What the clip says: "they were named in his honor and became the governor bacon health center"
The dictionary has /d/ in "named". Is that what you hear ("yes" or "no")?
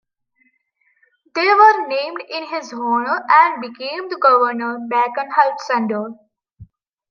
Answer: yes